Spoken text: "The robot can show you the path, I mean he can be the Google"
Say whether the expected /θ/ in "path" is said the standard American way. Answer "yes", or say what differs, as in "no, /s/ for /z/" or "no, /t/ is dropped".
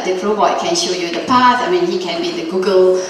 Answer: no, /s/ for /θ/